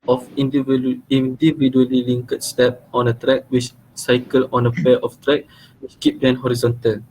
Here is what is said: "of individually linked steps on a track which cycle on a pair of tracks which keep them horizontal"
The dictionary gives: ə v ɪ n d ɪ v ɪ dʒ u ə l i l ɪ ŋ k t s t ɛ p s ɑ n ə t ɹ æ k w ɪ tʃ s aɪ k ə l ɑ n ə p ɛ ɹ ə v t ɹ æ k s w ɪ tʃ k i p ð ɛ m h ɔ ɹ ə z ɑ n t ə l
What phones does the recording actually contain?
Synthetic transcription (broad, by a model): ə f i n d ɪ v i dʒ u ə l i l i ŋ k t s t ɛ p ɑ n ə t ɹ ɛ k w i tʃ s aɪ k ə l ɑ n ə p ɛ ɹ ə f t ɹ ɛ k w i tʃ k i p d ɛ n h ɔ ɹ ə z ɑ n t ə l